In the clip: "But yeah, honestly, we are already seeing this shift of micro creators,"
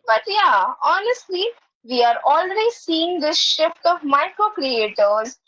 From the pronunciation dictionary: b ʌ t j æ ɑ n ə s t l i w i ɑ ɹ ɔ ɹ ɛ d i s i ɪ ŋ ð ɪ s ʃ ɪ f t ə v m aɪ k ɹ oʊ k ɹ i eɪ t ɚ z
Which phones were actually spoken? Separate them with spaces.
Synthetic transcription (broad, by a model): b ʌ t j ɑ ɑ n ə s t l i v i ɑ ɹ ɔ l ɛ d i s i ɪ ŋ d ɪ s ʃ ɪ f t ə v m aɪ k ɹ oʊ k ɹ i eɪ t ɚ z